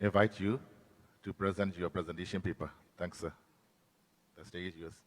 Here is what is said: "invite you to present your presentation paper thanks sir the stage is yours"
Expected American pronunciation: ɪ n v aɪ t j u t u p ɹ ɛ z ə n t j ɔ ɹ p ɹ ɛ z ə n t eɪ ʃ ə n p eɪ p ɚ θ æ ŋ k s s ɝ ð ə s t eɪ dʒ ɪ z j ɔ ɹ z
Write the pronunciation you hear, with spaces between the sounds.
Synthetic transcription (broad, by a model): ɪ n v aɪ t j u t u p ɹ ɛ z ə n t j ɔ p ɹ ɛ z ə n t eɪ ʃ ə n p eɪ p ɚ t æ ŋ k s s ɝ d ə s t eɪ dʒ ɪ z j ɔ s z